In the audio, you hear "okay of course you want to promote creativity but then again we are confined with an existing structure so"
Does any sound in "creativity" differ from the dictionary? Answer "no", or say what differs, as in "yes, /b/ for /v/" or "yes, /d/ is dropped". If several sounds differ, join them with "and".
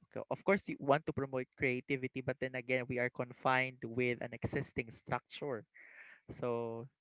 no